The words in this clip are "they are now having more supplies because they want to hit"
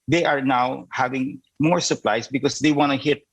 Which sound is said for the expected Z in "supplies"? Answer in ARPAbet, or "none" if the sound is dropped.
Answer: S